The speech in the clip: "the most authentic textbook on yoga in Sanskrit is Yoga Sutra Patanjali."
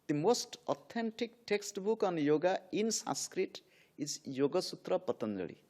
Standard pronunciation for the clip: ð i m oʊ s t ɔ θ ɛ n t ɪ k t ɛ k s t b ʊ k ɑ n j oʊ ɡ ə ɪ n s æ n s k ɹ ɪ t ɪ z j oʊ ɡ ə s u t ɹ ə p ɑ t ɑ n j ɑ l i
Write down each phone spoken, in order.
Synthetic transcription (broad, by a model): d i m oʊ s t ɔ t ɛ n t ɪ k t ɛ k s t b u k ɑ n j oʊ ɡ ə ɪ n s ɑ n s k ɹ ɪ t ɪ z j oʊ ɡ ə s u t ɹ ə p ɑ t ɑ n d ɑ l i